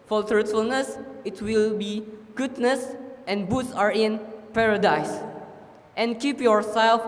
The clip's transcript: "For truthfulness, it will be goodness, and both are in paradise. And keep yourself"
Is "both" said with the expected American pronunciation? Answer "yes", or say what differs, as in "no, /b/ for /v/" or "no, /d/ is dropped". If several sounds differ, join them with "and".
no, /s/ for /θ/